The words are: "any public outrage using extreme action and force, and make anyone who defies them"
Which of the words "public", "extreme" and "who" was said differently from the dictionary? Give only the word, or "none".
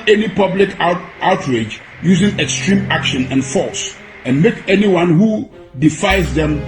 none